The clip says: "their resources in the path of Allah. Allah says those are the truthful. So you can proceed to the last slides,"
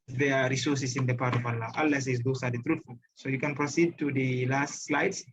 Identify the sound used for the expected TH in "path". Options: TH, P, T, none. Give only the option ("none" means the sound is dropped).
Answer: T